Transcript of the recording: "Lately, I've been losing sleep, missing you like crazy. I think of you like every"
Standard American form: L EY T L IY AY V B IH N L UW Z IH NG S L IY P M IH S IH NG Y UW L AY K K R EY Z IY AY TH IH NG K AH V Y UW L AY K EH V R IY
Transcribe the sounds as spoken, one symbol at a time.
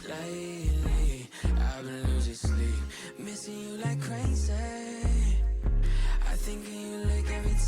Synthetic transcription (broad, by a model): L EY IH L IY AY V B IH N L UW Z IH S L IY P M IH S IH NG Y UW L AY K K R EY S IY AY TH IH NG K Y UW L AY K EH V R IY